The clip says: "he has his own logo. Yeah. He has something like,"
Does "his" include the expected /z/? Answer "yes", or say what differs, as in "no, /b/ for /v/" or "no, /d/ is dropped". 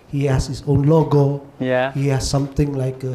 no, /s/ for /z/